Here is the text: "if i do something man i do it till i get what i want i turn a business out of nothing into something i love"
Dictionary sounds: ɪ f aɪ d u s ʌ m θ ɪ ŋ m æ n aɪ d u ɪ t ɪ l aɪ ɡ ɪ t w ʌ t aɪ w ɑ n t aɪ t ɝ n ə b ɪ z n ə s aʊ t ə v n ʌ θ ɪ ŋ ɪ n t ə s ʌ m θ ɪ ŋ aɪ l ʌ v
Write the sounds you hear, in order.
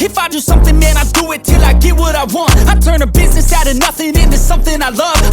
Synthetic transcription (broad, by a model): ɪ f aɪ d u s ʌ m θ ɪ ŋ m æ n aɪ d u ɪ t ɪ l aɪ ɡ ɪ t w ʌ t aɪ w ɑ n t aɪ t ɝ n ə b ɪ z n ə s aʊ t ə n ʌ θ ɪ ŋ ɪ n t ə s ʌ m θ ɪ ŋ aɪ l ʌ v